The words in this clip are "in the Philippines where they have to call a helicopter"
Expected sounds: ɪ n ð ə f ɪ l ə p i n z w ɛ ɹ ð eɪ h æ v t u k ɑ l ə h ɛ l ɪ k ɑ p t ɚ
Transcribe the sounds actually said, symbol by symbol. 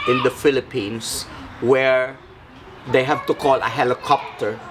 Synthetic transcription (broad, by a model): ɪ n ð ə f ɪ l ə p i n s w ɛ ɹ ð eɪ h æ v t u k ɑ l ə h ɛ l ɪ k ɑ p t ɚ